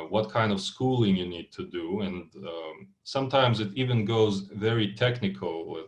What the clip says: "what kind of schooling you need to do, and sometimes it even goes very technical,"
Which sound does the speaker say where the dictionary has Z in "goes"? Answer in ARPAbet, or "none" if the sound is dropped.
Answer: Z